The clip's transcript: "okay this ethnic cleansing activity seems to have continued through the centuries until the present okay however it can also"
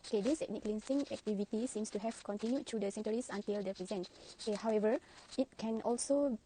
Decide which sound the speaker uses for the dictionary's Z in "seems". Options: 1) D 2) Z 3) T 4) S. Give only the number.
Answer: 4